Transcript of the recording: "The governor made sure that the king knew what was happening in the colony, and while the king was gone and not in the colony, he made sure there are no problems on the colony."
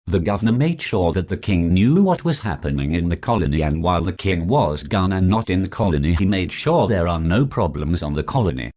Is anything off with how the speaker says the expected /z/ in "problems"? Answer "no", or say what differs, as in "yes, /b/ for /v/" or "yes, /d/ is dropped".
no